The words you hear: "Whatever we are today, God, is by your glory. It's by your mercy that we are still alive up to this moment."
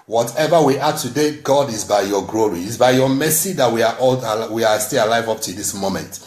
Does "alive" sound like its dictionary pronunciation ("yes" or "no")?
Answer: yes